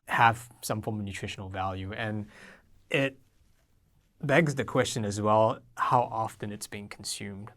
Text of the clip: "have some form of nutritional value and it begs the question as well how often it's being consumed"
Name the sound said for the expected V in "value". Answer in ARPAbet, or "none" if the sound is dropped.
V